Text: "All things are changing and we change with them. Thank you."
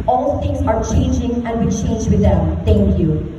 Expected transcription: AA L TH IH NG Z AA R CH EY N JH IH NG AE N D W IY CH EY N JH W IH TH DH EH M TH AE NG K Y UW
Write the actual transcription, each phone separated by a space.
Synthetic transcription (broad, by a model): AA L T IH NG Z AA R CH EY N JH IH NG AE N D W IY CH EY N JH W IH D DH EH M T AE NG K Y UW